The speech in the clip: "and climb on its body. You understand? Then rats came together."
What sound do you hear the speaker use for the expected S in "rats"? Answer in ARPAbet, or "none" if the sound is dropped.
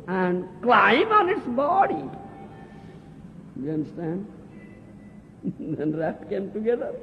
none